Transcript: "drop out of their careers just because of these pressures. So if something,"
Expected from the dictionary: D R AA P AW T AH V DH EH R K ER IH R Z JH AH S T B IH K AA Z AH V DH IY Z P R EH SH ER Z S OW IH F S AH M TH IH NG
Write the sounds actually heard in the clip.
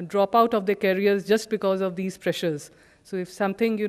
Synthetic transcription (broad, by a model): D R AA P AW T AH V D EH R K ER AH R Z JH AH S T B IH K AA Z AH V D IY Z P R EH SH ER Z S OW IH F S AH M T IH NG